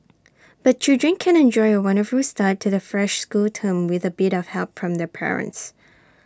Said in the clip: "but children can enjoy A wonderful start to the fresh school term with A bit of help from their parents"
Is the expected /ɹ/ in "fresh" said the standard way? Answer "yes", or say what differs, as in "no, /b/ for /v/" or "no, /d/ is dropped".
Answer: yes